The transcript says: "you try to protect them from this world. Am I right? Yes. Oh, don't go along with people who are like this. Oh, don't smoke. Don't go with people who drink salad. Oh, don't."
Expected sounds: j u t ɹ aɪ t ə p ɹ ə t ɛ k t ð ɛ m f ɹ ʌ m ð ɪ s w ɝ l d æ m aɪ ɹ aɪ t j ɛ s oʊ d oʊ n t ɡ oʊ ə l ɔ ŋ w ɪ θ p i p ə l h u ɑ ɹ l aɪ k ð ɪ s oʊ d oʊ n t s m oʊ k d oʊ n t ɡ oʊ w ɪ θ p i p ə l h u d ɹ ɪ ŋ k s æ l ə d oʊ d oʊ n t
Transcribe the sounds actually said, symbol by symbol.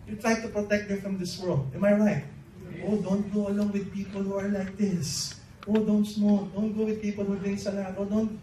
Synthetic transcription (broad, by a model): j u t ɹ aɪ t ə p ɹ ə t ɛ k t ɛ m f ɹ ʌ m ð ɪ s w ɝ l d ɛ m aɪ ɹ aɪ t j oʊ d oʊ n t ɡ oʊ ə l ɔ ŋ w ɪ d p i p ə l h u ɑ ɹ l aɪ k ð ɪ s oʊ d oʊ n t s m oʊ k d oʊ n t ɡ oʊ w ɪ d p i p ə l h u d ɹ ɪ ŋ s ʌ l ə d oʊ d oʊ n t